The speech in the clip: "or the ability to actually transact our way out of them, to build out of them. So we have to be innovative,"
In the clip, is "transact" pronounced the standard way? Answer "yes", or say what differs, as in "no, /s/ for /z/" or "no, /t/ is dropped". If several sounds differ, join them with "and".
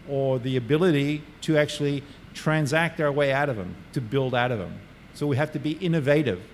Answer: yes